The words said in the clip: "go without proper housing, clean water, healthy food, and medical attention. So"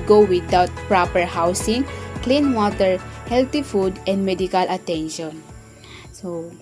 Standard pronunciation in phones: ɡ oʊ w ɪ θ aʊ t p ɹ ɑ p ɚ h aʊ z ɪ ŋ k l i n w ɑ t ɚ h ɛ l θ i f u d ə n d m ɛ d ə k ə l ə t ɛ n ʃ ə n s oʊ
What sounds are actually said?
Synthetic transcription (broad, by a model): ɡ oʊ w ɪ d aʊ t p ɹ ɑ p ɚ h aʊ s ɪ ŋ k l i n w ɑ t ɚ h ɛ l t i f u d ə n d m ɛ d ə k ə l ə t ɛ n ʃ ə n s oʊ